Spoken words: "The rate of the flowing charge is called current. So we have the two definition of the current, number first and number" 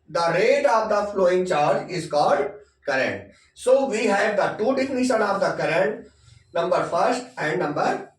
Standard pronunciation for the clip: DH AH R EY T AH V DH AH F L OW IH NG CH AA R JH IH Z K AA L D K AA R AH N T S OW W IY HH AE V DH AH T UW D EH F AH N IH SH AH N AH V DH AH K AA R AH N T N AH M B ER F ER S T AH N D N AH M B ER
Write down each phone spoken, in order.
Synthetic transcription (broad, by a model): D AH R EY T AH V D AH F L OW IH NG CH AA R JH IH Z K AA D K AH R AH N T S OW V IY HH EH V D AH T UW D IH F N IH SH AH N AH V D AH K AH R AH N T N AH M B ER F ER S T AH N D N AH M B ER